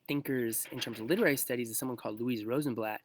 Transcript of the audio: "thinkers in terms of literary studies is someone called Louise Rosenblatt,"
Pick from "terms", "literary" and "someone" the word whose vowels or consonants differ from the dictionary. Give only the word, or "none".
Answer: none